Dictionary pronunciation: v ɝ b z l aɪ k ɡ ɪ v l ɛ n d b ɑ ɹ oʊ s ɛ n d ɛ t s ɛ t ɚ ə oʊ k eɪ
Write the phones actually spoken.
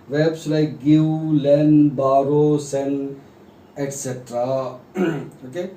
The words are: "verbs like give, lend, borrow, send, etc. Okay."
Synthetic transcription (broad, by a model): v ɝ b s l aɪ k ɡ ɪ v l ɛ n b ɑ ɹ oʊ s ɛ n ɛ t s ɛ t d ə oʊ k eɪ